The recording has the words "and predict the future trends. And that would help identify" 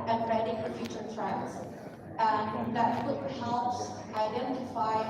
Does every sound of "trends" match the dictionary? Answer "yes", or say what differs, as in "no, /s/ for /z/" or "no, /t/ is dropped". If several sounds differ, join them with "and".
no, /l/ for /n/